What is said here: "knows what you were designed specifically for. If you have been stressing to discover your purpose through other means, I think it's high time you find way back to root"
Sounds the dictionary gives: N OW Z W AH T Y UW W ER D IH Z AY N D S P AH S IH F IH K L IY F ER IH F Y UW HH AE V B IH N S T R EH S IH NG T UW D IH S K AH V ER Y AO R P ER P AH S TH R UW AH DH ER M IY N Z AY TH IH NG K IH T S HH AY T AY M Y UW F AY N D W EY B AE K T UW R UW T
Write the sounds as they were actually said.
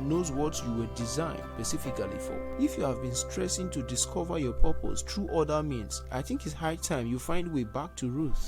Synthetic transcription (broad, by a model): N OW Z W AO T Y UW W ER D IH Z AY N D S P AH S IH F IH K L IY F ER IH F Y UW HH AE V B IH N S T R EH S IH NG T UW D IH S K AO V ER Y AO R P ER P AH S T R UW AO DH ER M IY N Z AY TH IH NG K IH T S HH AY T AY M Y UW F AY N D W EY B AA K T UW R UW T